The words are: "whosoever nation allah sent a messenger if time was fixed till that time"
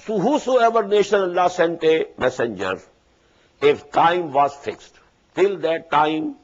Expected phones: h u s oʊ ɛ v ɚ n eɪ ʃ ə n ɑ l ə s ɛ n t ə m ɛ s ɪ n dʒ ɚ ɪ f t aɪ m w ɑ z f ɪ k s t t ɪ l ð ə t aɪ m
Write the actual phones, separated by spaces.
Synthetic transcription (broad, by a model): h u s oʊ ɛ v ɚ n eɪ ʃ ə n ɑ l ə s ɛ n t ə m ɛ s ɪ n dʒ ɚ ɪ f t aɪ m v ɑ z f ɪ k s t t ɪ l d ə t aɪ m